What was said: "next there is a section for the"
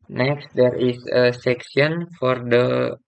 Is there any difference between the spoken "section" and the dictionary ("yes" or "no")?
yes